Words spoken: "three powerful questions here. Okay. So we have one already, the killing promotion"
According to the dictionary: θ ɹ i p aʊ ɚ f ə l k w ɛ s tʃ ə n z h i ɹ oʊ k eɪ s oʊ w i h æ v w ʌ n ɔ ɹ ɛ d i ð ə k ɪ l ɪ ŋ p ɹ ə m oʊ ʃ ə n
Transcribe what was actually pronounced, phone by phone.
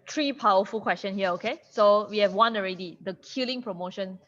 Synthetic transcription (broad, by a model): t ɹ i p aʊ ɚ f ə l k w ɛ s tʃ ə n h i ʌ oʊ k eɪ s oʊ w i h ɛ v w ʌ n ɔ ɹ ɛ d i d ə k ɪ l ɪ ŋ p ɹ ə m oʊ ʃ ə n